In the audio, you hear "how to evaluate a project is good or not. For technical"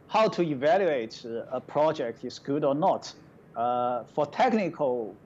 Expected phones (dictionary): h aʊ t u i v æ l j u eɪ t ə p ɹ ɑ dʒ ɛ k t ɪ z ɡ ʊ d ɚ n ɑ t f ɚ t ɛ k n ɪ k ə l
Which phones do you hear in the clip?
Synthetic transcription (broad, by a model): h aʊ t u i v æ l j u eɪ t ə p ɹ ɑ dʒ ɛ k t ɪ s ɡ ʊ d ɚ n ɑ t f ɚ t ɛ k n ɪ k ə l